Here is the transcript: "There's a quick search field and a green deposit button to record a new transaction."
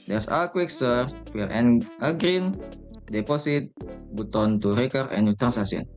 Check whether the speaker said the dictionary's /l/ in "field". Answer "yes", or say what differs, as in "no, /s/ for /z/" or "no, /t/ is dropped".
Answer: no, /l/ is dropped